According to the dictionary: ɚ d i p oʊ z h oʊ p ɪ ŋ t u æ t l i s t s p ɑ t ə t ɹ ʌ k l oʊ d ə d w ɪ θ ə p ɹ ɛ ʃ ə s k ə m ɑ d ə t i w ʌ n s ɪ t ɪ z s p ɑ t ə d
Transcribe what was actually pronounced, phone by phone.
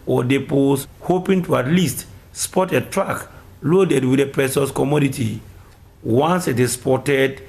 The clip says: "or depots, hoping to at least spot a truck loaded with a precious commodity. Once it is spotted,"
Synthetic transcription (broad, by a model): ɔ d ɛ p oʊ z h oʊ p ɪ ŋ t u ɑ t l i s t s p ɑ t ə t ɹ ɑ k l oʊ d ə d w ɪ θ ə p ɹ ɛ s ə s k ə m ɑ d ə t i w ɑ n s ɪ t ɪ s p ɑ t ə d